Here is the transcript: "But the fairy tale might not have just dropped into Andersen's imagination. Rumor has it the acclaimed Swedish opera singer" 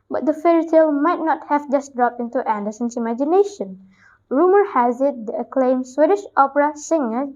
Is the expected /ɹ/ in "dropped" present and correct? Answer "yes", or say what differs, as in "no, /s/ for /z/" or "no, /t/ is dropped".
yes